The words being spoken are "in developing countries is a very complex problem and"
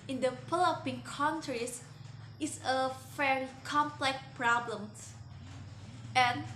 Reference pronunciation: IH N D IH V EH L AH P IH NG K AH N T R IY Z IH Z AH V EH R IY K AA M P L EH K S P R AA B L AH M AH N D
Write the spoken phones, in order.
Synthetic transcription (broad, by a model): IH N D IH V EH L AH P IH NG K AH N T R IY S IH S AH F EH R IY K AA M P L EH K P R AA B L AH M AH N